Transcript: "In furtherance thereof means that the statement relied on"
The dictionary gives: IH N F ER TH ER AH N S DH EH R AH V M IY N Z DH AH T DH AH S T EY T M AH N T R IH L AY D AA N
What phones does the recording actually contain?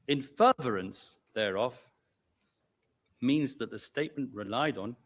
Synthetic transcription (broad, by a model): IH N F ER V ER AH N S DH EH R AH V M IY N Z DH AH T DH AH S T EY T M AH N T R IH L AY D N